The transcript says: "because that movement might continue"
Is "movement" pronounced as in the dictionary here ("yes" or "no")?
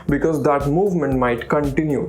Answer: yes